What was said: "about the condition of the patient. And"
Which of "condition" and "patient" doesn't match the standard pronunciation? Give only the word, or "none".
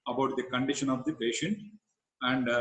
none